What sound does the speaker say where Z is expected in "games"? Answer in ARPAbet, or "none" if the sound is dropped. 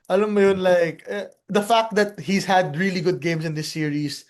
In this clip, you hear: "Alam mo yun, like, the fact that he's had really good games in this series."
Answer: S